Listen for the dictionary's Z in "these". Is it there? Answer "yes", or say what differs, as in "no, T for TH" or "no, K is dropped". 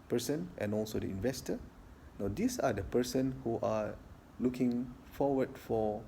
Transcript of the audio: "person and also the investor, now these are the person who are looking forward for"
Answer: no, S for Z